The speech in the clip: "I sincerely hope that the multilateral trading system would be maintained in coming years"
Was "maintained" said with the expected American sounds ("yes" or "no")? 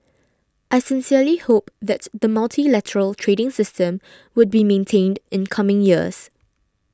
yes